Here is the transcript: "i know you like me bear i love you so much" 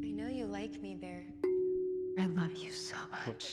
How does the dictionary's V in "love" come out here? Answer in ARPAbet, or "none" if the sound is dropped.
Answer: V